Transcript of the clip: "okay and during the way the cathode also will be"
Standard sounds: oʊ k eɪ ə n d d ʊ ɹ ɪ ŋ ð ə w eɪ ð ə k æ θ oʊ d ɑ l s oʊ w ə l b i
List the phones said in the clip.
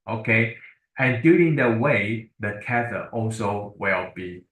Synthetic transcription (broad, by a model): oʊ k eɪ ə n d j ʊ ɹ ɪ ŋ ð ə w eɪ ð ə k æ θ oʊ ɑ l s oʊ w ə l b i